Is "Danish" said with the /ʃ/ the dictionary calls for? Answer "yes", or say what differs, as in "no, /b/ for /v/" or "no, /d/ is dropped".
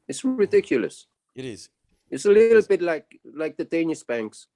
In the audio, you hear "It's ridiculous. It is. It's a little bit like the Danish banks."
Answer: no, /s/ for /ʃ/